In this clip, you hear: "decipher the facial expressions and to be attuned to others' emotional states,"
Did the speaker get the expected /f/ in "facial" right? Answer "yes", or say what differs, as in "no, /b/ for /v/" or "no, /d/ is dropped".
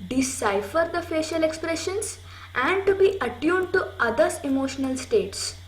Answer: yes